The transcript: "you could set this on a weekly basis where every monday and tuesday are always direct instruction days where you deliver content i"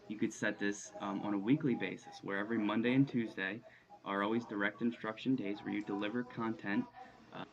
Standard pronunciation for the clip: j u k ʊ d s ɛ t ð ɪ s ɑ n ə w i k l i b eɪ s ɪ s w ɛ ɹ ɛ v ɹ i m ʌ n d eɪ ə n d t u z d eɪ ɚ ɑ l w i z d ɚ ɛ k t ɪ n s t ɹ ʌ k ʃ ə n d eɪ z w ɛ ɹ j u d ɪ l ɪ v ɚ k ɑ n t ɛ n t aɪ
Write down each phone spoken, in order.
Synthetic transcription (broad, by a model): j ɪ k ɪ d s ɛ t ð ɪ s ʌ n ə w i k l i b eɪ s ɪ s w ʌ ɹ ɛ v ɹ i m ʌ n d eɪ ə n t u z d eɪ ɚ ɑ l w i z d ɚ ɛ k t ɪ n s t ɹ ʌ k ʃ ə n d eɪ z w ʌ ɹ j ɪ d ɪ l ɪ v ɚ k ɑ n t ɛ n t